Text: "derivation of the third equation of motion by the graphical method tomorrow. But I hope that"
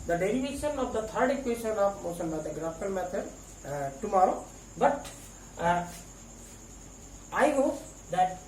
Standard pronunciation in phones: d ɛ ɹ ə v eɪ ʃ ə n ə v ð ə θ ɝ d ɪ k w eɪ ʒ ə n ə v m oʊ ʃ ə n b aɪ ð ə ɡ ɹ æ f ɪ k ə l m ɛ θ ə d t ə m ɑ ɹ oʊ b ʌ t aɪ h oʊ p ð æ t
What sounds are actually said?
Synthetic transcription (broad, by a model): d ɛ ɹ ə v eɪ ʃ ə n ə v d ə t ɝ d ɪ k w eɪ ʃ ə n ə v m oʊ s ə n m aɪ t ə ɡ ɹ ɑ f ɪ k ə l m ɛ t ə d t ə m ɑ ɹ oʊ b ʌ t aɪ h oʊ p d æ t